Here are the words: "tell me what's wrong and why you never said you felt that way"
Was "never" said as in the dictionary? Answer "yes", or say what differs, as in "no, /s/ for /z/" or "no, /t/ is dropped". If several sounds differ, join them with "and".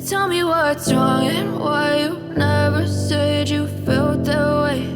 yes